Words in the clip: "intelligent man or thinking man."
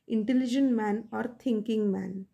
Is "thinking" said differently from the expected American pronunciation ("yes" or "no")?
yes